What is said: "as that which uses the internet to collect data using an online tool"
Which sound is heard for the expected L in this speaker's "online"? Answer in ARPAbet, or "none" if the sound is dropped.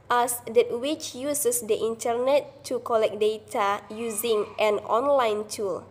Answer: L